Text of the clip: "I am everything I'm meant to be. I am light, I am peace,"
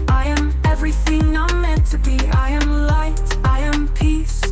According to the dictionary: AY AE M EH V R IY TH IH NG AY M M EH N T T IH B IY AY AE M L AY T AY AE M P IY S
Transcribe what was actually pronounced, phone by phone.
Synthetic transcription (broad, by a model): AY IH M EH V R IY TH IH NG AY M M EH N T T IH B IY AY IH M L AY T AY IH M P IY S